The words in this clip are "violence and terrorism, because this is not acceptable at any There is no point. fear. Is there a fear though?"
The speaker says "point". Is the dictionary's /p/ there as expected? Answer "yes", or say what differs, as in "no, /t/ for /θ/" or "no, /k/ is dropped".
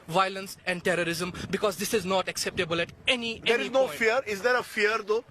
no, /f/ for /p/